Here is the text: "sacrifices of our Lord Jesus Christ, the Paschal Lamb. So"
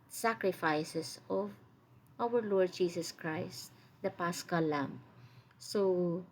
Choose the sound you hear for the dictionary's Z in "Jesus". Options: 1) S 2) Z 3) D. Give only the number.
1